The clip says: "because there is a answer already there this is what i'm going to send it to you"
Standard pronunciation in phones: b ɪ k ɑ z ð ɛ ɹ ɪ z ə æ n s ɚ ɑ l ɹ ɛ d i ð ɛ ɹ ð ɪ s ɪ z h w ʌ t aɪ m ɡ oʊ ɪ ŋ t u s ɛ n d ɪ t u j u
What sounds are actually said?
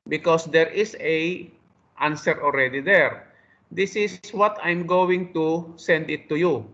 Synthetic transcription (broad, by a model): b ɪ k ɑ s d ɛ ɹ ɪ s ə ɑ n s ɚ ɑ l ɹ ɛ d i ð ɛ ɹ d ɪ s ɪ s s w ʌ t aɪ m ɡ oʊ ɪ ŋ t u s ɛ n d ɪ t u j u